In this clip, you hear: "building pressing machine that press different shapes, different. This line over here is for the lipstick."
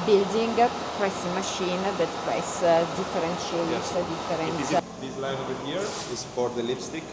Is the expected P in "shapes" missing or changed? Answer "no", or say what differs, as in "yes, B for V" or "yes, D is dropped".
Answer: yes, P is dropped